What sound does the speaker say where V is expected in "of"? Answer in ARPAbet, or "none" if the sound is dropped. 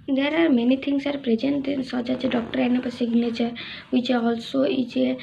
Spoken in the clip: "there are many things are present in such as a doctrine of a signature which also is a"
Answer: P